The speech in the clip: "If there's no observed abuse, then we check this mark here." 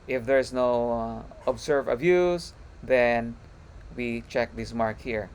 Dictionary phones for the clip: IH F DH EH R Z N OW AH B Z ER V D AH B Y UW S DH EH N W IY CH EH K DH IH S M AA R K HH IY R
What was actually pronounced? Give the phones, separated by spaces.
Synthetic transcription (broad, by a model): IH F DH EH R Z N OW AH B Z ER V AH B Y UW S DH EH N W IY CH EH K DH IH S M AA R K HH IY R